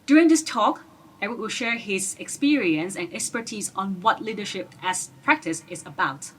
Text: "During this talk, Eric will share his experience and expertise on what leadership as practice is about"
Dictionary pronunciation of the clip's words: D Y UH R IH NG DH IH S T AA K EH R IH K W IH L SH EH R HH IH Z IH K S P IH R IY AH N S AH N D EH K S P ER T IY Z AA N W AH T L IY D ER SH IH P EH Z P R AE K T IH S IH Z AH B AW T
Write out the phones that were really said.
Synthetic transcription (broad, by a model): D Y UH R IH NG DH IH S T AA K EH W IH W IH L SH EH R HH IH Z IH K S P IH R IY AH N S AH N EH K S P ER T IY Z AA N W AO T L IY D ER SH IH P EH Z P R AE K T IH S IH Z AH B AW T